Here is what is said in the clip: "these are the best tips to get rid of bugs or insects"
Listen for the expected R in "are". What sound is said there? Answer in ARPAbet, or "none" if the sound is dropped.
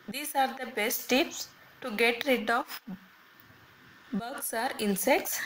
R